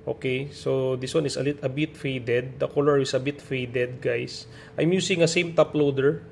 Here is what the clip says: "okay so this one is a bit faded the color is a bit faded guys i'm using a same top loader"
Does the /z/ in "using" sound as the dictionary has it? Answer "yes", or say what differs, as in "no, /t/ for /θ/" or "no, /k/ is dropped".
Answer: no, /s/ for /z/